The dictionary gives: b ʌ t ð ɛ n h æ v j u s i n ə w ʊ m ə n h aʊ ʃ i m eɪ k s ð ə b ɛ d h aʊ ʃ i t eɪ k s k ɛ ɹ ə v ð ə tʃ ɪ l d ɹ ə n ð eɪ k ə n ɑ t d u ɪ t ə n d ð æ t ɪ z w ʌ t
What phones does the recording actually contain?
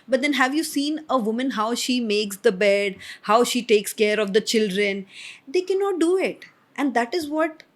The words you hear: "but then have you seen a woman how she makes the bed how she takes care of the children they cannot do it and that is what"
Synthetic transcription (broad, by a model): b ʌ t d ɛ n h æ v j u s i n ə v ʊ m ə n h aʊ ʃ i m eɪ k s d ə b ɛ d h aʊ ʃ i t eɪ k s k ɛ ɹ ə v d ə tʃ ɪ l d ɹ ə n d eɪ k ə n ɑ t d u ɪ t ə n d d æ t ɪ z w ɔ t